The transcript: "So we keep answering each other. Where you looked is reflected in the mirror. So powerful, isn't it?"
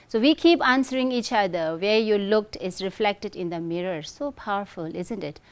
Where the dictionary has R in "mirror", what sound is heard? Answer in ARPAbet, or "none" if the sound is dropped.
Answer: R